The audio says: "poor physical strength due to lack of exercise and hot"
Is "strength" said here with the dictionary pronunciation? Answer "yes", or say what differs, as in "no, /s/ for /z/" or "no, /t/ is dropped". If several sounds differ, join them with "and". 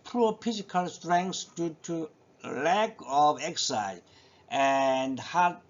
no, /s/ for /θ/